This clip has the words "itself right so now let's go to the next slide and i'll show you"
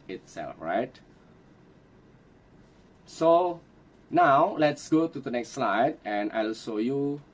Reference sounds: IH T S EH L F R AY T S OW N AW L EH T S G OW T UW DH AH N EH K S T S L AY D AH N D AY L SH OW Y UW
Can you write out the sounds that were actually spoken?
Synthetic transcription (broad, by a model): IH T S EH L F R AY T S OW N AW L EH T S G OW T UW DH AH N EH K S T S L AY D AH N AY L SH OW Y UW